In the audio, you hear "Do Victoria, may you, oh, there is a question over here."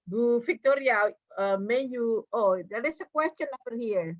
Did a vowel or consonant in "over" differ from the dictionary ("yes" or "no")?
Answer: yes